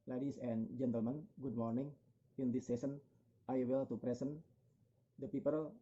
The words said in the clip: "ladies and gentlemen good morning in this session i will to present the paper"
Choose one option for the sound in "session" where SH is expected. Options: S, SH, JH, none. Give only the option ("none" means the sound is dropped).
S